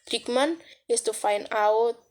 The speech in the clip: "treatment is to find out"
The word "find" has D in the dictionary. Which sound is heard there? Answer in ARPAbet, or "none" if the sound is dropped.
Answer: none